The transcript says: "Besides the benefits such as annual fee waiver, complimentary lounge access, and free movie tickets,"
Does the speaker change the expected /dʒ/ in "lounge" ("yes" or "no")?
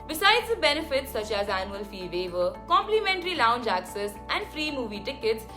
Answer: no